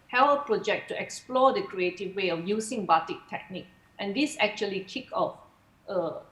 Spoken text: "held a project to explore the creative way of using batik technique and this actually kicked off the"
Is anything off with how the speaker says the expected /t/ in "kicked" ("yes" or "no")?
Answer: yes